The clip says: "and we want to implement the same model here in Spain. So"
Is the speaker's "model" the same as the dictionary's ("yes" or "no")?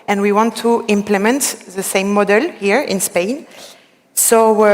yes